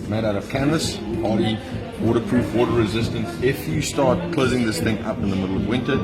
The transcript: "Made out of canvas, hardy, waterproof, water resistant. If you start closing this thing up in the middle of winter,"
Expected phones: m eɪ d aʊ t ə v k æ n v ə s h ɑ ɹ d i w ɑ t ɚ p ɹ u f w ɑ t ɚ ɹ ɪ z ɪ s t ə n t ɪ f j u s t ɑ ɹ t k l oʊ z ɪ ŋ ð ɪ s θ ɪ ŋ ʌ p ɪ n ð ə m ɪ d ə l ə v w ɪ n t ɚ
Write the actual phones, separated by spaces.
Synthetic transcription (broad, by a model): m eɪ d aʊ t ə v k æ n v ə s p ɑ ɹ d i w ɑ t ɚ p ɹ u f w ɑ t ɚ ɹ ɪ z ɪ s t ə n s ɪ f j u s t ɑ ɹ t k l oʊ z ɪ ŋ ð ɪ s θ ɪ ŋ ʌ p ɪ n ð ə m ɪ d l ə v w ɪ n t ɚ